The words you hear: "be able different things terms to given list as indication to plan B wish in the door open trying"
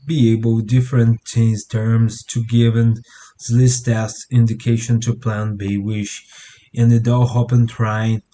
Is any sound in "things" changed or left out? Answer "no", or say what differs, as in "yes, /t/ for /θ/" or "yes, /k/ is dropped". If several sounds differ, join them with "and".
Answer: yes, /ŋ/ is dropped